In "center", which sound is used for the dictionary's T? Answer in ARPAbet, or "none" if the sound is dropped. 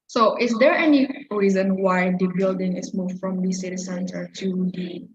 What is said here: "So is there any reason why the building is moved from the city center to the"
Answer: S